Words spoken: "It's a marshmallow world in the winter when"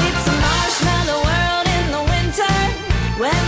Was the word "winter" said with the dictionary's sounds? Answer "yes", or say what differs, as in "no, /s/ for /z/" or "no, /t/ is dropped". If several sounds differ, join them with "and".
yes